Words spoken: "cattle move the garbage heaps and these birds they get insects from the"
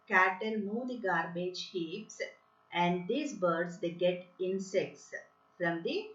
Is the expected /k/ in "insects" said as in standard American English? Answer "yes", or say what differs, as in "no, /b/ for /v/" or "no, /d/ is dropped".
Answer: yes